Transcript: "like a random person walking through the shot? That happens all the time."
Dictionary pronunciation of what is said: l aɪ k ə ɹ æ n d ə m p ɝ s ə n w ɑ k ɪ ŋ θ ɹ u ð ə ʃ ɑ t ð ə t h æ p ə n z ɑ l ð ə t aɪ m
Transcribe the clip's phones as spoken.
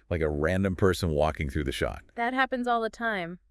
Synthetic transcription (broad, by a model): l aɪ k ə ɹ æ n d ə m p ɝ s ə n w ɑ k ɪ ŋ θ ɹ u ð ə ʃ ɑ t ð ə t h æ p ə n z ɑ l ð ə t aɪ m